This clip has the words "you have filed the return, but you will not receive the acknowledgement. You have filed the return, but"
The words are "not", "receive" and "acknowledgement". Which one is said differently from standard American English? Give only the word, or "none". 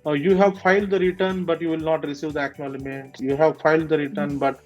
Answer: acknowledgement